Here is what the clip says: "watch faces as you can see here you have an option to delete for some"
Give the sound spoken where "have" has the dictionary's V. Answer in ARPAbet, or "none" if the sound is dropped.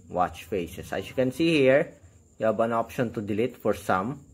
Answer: B